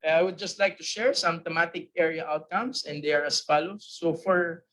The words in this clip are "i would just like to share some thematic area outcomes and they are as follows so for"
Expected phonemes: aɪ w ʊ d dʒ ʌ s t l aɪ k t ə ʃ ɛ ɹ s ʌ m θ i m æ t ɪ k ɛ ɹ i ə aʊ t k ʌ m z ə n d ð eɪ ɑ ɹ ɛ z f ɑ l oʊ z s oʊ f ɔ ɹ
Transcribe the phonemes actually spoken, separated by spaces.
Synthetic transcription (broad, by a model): aɪ w ʊ d dʒ ʌ s t l aɪ k t ə ʃ ɛ ɹ s ʌ m t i m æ t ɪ k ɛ ɹ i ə aʊ t k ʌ m s ə n d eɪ ɑ ɹ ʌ s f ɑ l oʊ s oʊ f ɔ ɹ